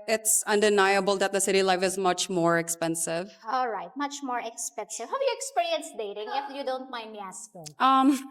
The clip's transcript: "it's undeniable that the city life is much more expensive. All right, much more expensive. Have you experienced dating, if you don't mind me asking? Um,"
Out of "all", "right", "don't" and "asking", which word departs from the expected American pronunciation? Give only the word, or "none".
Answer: asking